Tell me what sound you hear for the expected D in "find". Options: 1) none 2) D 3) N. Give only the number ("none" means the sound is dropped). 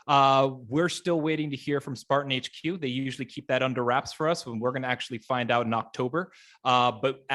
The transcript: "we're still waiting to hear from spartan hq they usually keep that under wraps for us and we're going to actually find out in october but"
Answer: 2